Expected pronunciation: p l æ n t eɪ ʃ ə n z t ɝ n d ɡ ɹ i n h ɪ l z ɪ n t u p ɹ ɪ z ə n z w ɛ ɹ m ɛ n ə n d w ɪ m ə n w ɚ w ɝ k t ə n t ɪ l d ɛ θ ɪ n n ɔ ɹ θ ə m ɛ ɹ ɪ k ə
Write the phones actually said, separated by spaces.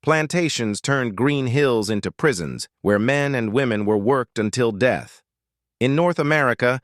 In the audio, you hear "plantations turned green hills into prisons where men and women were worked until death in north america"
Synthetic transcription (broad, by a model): p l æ n t eɪ ʃ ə n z t ɝ n ɡ ɹ i n h ɪ l z ɪ n t u p ɹ ɪ z ə n z w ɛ ɹ m ɛ n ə n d w ɪ m ə n w ɚ w ɝ k t ə n t ɪ l d ɛ θ ɪ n n ɔ ɹ θ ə m ɛ ɹ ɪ k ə